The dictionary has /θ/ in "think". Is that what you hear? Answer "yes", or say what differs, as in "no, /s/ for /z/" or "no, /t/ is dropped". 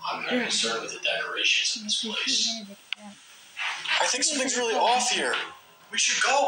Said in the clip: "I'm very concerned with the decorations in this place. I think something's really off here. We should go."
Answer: yes